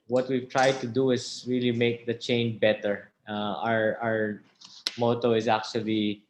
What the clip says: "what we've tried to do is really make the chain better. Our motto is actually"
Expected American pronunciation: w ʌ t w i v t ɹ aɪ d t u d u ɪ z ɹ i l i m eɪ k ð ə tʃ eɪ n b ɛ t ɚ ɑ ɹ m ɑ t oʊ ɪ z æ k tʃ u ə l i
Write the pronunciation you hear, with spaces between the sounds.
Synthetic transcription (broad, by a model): w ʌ t w i v t ɹ aɪ d t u d u ɪ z ɹ i l i m eɪ k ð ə tʃ eɪ n b ɛ t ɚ ɑ ɹ m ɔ t oʊ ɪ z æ k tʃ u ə l i